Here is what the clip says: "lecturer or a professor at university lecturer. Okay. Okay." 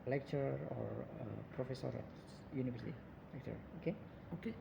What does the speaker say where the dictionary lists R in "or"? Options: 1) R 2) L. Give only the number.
1